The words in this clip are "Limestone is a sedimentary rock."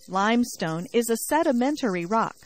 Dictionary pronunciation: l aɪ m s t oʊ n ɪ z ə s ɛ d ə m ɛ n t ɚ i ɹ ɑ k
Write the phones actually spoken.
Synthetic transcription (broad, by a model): l aɪ m s t oʊ n ɪ z ə s ɛ d ə m ɛ n t ɚ i ɹ ɑ k